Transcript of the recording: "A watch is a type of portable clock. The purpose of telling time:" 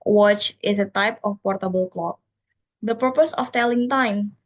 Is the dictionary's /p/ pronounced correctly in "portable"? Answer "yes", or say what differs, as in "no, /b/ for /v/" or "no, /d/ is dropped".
yes